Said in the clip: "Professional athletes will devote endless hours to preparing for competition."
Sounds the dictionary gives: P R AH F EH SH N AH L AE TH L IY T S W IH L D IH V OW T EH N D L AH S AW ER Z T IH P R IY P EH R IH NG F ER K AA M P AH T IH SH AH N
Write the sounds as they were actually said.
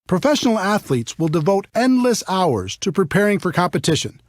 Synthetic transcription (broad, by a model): P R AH F EH SH N L AE TH L IY T S W IH L D IH V OW T EH N D L AH S AW ER Z T IH P R IY P EH R IH NG F ER K AA M P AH T IH SH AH N